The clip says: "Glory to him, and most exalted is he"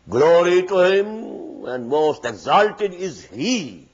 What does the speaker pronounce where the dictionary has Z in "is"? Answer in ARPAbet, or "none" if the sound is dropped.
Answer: Z